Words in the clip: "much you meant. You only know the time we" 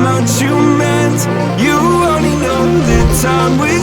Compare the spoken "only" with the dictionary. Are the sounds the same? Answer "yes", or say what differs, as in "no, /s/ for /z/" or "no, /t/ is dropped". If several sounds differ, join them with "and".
no, /l/ is dropped